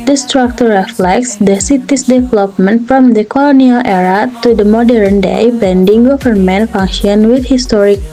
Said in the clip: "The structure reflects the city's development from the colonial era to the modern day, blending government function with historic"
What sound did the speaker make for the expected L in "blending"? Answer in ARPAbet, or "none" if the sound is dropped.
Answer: none